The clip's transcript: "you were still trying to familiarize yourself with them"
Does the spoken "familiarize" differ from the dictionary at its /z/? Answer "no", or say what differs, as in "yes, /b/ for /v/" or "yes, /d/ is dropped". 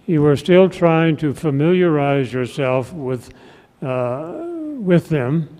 no